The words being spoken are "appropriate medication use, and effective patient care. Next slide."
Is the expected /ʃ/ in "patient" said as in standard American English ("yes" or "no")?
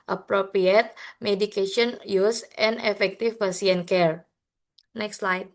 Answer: no